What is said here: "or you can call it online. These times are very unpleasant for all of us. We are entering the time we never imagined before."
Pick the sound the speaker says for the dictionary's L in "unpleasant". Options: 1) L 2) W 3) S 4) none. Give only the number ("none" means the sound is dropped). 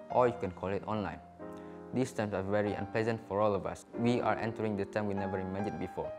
1